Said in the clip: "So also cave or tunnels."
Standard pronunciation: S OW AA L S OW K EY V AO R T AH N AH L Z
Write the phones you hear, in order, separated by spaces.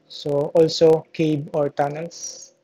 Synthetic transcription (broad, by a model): S OW AA L S OW K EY B AO R T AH N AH L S